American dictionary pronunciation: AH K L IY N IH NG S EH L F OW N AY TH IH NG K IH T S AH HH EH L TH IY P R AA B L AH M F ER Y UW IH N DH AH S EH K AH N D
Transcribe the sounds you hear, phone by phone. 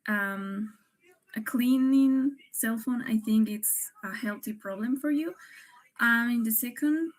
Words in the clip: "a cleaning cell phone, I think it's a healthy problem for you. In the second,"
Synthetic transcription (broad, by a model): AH K L IY N IH NG S EH L F OW N AY TH IH NG K IH T S AH HH EH L TH IY P R AA B L AH M F ER Y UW IH N DH AH S EH K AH N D